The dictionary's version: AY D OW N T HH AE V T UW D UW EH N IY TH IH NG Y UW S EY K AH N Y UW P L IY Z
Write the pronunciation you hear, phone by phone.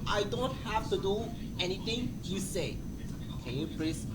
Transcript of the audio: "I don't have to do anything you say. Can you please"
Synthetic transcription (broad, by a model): AY D OW N T HH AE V T UW D UW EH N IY T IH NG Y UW S EY K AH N Y UW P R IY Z